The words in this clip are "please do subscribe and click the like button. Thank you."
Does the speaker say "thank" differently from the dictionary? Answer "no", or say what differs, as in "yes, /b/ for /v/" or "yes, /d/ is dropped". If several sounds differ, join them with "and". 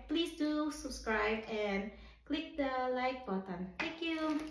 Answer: yes, /t/ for /θ/